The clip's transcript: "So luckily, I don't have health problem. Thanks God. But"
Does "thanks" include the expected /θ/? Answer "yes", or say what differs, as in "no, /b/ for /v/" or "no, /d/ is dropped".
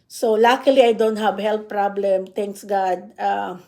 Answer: no, /t/ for /θ/